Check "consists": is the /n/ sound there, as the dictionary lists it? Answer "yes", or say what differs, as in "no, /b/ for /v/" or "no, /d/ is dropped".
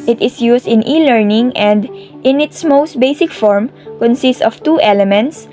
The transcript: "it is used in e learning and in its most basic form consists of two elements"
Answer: yes